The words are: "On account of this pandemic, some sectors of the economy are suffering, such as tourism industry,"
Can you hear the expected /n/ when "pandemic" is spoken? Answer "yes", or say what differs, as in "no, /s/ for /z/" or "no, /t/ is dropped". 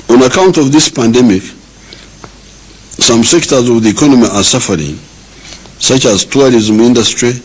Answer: yes